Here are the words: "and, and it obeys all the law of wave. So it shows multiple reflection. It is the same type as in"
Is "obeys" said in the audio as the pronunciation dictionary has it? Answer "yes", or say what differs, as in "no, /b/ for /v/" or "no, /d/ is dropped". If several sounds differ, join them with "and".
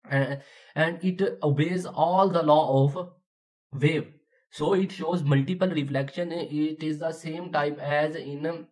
yes